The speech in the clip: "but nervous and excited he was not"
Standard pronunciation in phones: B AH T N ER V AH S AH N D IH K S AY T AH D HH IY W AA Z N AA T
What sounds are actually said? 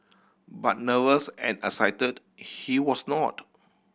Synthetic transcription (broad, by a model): B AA T N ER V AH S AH N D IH S AY T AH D HH IY W AA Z N AA T